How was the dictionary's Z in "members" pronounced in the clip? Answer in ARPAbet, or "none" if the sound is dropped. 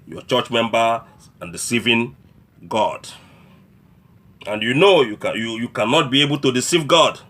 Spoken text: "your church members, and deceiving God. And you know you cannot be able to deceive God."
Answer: none